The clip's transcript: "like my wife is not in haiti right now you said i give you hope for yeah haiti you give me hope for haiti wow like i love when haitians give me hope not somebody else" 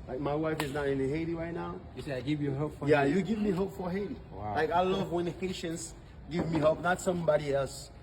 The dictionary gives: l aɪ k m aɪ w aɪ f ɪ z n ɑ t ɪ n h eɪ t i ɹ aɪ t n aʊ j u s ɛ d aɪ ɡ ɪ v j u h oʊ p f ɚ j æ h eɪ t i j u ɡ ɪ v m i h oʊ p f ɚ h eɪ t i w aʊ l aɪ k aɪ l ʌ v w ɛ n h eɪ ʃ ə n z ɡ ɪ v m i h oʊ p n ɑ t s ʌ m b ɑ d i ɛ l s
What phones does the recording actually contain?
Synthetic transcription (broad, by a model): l aɪ k m aɪ w aɪ f ɪ z n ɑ t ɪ n h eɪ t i ɹ aɪ t n aʊ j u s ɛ aɪ ɡ ɪ v j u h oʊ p f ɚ j æ j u ɡ ɪ v m i h oʊ p f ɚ h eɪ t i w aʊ l aɪ k aɪ l ʌ v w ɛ n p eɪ ʃ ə n s ɡ ɪ v m i h oʊ p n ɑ t s ʌ m b ɑ d i ɛ l s